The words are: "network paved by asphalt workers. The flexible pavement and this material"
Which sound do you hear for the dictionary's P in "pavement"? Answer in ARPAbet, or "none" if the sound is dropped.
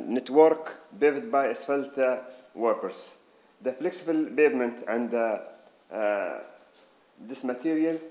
B